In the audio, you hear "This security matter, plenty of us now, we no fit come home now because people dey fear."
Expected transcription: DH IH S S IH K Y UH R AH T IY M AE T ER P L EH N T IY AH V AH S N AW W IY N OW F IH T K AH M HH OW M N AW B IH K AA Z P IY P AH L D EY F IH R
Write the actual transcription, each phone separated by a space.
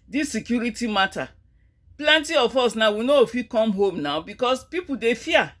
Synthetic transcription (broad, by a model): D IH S S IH K Y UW R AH T IY M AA T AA P L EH N T IY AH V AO S N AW W IY N OW F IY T K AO M HH OW M N AW B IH K AA S P IY P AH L D EY F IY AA